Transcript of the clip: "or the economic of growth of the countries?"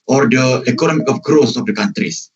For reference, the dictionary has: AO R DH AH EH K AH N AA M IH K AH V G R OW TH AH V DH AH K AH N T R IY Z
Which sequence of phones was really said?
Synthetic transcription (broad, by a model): AO R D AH EH K AH N AA M IH K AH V G R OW S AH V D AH K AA N T R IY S